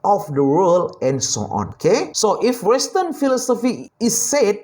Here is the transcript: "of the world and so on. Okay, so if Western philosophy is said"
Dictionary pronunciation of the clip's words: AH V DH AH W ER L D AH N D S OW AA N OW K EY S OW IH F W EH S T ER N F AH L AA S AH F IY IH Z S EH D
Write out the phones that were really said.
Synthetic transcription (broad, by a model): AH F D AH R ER L AH N S OW AA N OW K EY S OW IH F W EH S T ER N F AH L AA S AH F IY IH S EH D